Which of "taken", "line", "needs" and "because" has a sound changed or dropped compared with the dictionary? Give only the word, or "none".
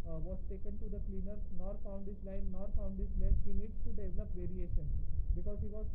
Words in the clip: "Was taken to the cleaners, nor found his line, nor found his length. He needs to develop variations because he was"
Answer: needs